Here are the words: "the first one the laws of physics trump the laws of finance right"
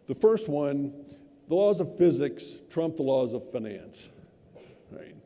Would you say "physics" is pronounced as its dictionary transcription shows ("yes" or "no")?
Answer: yes